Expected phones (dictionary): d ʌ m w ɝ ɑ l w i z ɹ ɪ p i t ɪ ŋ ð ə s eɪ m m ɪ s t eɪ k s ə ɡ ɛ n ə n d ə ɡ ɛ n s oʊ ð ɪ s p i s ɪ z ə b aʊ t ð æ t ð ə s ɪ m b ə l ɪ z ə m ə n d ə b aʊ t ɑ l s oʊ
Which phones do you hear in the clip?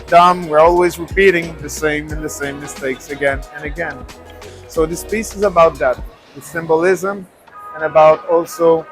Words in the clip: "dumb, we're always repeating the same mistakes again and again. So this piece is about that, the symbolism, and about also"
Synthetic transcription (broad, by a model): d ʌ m w ɝ ɑ l w i z ɹ ɪ p i t ɪ ŋ ð ə s eɪ m m ɪ s t eɪ k s ə ɡ ɛ n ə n ə ɡ ɛ n s oʊ ð ɪ s p i s ɪ z ə b aʊ t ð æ t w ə s ɪ m b ə l ɪ z ə m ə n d ə b aʊ t ɑ l s oʊ